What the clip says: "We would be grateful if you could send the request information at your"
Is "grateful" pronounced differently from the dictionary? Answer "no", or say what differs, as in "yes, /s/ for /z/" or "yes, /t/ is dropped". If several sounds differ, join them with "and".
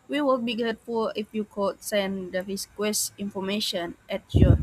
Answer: yes, /ɹ/ is dropped